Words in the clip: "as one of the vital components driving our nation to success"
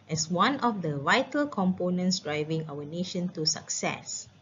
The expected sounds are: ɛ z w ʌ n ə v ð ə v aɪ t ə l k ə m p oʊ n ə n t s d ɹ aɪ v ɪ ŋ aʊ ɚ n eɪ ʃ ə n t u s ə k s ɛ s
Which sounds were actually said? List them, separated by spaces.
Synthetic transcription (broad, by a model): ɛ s w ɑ n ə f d ə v aɪ t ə l k ə m p oʊ n ə n t s d ɹ aɪ v ɪ ŋ aʊ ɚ n eɪ ʃ ə n t u s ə k s ɛ s